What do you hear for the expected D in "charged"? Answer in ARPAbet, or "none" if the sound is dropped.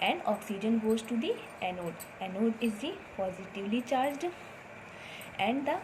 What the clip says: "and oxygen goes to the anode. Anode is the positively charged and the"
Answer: D